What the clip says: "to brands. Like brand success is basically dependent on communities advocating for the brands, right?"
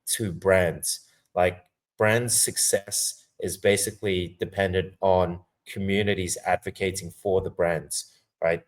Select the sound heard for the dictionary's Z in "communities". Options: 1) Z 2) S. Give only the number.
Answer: 1